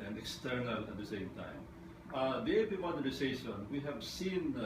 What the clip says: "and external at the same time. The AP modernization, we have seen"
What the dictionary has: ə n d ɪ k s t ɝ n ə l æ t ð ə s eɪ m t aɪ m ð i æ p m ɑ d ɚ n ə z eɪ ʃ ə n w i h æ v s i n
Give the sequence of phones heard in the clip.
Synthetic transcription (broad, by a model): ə n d ɪ k s t ɝ n ə l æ t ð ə s eɪ m t aɪ m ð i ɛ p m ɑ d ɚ ə s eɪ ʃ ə n w i h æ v s i n